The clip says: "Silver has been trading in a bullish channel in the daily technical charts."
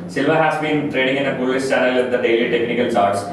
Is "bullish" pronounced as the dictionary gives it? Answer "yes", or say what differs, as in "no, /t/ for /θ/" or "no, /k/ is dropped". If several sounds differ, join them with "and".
no, /s/ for /ʃ/